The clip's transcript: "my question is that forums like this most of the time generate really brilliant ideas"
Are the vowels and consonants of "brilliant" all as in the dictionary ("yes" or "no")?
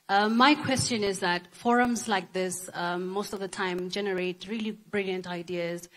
yes